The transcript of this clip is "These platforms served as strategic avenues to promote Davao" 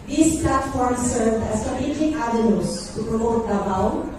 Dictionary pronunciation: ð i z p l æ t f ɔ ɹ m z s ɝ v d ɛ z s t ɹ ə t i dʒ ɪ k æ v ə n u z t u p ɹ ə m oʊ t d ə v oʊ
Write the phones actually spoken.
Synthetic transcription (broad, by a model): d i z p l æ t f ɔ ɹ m s ɝ v d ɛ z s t ə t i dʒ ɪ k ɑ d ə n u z t u p ɹ ə m oʊ t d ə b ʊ